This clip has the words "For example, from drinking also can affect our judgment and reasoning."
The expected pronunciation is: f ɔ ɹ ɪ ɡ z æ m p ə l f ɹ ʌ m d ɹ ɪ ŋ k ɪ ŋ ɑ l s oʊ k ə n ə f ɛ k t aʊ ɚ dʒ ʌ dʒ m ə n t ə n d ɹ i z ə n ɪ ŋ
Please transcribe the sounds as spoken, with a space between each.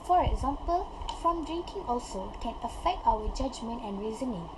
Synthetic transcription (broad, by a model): f ɔ ɹ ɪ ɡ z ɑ m p ə l f ɹ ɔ m d ɹ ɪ ŋ k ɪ ŋ ɑ l s oʊ k ə n ə f ɛ k t aʊ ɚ dʒ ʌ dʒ m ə n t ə n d ɹ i z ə n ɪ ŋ